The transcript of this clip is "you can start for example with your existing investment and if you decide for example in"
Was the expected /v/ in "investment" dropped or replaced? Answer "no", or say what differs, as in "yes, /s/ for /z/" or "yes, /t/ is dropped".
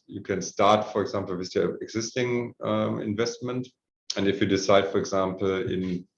no